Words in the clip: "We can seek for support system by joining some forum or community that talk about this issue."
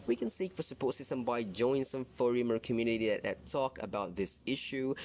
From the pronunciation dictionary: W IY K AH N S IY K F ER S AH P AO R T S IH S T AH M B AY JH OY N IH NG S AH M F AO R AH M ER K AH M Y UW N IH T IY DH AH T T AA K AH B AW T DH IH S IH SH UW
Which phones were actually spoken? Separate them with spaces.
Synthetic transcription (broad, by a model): W IY K AH N S IY K F ER S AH P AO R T S IH S T AH M B AY JH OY IH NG S AH M F AO R AH M ER K AH M Y UW N IH T IY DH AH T T AA K AH B AW T DH IH S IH SH UW